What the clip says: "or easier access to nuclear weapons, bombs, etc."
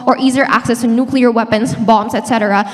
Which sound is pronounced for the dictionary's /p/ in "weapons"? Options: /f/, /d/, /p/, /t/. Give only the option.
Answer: /p/